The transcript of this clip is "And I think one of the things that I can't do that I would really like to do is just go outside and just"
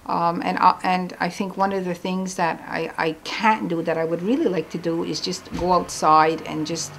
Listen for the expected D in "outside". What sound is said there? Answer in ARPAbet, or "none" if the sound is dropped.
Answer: D